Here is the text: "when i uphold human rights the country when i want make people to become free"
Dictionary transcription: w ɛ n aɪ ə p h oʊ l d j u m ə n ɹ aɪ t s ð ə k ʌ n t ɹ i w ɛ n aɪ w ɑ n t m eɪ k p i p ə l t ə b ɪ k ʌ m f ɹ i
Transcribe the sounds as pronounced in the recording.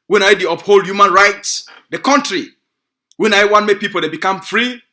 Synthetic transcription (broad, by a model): w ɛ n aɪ ə p h oʊ l d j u m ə n ɹ aɪ t s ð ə k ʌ n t ɹ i w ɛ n aɪ w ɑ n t m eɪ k p i p ə l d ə b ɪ k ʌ m f ɹ i